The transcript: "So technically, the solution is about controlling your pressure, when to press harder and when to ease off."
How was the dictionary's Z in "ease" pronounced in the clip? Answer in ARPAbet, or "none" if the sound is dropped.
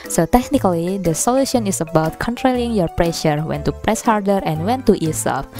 S